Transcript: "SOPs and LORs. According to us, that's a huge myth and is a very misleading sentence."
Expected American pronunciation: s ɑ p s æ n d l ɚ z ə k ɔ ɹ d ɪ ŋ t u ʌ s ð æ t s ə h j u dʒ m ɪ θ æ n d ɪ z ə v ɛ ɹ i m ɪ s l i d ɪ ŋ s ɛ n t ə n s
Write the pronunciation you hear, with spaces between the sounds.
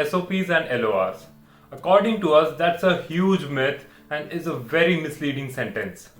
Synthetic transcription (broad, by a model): s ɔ p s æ n d l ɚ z ə k ɔ ɹ d ɪ ŋ t u ʌ s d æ t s ə h j u dʒ m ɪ t æ n d ɪ z ə v ɛ ɹ i m ɪ s l i d ɪ ŋ s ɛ n t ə n s